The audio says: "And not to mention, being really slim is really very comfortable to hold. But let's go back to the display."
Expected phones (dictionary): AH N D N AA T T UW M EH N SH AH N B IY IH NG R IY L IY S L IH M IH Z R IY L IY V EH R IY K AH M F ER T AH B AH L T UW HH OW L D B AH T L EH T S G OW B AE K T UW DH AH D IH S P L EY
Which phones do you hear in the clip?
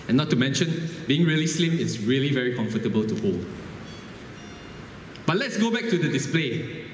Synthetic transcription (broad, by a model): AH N N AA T T UW M EH N SH AH N B IY IH NG R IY L IY S L IH M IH S R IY L IY V EH R IY K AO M F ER T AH B AH L T UW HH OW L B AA T L EH T S G OW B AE K T UW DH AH D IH S P L EY